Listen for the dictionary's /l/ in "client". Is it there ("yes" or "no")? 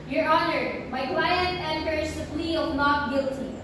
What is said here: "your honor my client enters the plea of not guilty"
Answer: no